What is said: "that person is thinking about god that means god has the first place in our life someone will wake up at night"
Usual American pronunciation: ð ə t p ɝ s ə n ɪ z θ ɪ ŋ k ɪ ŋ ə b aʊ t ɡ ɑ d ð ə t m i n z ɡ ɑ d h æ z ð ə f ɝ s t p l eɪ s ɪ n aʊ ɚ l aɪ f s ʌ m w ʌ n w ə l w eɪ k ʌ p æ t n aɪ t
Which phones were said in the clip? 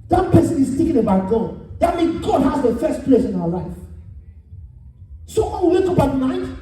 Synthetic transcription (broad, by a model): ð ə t p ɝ s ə n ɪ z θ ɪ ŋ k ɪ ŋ ə b aʊ t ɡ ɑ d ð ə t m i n ɡ ɑ d h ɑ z ð ə f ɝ s t p l eɪ s ɪ n aʊ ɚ l aɪ f s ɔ w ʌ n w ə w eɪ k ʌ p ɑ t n aɪ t